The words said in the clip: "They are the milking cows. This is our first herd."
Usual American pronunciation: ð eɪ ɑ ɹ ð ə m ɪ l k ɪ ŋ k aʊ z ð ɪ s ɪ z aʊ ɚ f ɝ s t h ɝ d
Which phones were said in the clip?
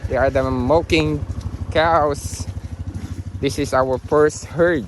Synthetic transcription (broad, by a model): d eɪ ɑ ɹ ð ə m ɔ k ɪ ŋ k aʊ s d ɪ s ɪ s aʊ ɚ f ɝ s t h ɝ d